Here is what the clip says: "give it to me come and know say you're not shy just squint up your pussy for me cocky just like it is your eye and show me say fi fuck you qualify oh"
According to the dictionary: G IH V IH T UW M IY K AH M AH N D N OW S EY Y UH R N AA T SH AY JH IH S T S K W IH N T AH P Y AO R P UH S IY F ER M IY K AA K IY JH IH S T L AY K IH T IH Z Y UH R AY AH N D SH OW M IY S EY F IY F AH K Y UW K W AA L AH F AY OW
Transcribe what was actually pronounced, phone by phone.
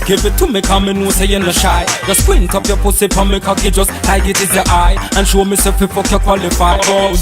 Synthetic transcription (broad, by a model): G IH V IH T UW M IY K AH M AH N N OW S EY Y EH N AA SH AY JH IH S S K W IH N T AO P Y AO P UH S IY P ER M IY K AA K IY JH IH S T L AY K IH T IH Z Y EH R AY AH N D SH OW M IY S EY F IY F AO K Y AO K W AA L AH F AY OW